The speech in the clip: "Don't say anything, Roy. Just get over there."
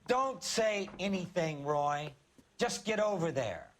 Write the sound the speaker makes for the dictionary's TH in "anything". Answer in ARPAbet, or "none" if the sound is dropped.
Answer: TH